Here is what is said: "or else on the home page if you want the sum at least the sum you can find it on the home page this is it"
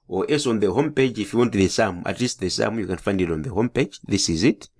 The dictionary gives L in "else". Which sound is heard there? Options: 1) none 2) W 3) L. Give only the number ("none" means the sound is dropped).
1